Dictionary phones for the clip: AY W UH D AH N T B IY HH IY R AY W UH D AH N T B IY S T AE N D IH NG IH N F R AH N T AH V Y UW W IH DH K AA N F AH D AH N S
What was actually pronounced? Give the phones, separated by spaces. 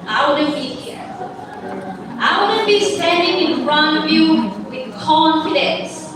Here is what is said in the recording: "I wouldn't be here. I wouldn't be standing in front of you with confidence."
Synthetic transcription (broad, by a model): AY W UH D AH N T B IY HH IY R AY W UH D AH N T B IY S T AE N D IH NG IH N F R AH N AH V Y UW W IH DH K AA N F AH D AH N S